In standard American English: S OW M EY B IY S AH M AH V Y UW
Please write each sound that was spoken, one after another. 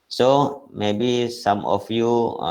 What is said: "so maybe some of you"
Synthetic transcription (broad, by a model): S OW M EY B IY S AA M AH F Y UW